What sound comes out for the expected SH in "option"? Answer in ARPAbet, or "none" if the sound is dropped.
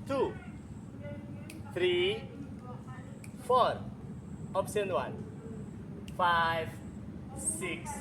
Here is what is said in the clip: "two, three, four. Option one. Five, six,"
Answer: S